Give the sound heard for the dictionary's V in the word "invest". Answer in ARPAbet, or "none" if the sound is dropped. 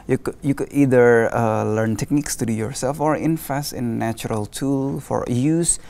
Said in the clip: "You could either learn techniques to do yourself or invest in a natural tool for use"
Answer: F